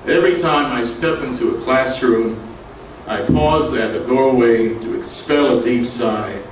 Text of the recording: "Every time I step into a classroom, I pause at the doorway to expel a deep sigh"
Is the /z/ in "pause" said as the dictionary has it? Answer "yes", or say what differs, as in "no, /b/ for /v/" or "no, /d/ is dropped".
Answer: yes